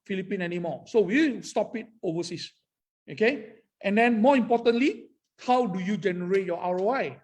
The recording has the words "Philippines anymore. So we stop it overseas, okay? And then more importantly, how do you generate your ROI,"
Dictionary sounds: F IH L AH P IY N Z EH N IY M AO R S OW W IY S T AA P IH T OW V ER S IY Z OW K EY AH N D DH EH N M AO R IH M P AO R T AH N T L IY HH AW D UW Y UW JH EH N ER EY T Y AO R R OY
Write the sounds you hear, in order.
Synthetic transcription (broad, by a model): F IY L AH P IY N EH N IY M AO S OW W IY S T AA P IH T OW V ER S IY S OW K EY AH N D EH N M AO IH M P AO T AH N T L IY HH AW D UW Y UW JH EH N ER EY T Y AO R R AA